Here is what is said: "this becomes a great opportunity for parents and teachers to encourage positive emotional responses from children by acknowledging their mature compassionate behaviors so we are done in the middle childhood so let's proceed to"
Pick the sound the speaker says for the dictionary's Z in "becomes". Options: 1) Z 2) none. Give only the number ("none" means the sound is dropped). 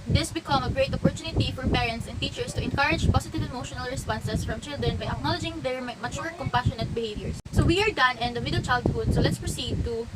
2